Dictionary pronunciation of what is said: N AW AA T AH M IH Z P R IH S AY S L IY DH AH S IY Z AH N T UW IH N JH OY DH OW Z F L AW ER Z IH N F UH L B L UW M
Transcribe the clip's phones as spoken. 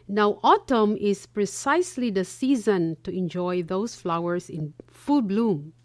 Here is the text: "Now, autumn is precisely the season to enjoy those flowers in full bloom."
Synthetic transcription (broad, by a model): N AW AA T AH M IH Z P R IH S AY S L IY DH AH S IY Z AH N T UW IH N JH OY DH OW S F L AW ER S IH N F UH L B L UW M